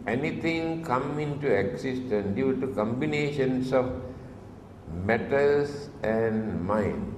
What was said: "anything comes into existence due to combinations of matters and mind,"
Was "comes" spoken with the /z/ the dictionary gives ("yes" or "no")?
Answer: no